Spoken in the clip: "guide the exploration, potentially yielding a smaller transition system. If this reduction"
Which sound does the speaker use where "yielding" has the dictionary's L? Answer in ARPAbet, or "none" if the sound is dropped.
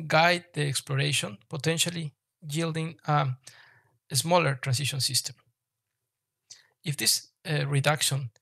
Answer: L